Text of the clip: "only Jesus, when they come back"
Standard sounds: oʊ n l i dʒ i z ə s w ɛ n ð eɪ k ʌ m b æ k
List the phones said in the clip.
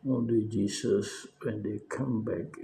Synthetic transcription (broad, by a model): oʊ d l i dʒ i s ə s w ɛ n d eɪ k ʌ m b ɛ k